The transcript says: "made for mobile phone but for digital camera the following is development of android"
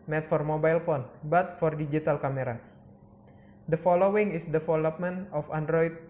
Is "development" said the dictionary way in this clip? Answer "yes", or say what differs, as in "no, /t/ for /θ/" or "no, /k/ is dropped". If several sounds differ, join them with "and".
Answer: no, /f/ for /v/